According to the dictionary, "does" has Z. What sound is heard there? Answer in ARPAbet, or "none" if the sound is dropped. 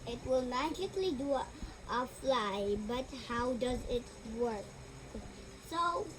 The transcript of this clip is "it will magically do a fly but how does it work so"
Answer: Z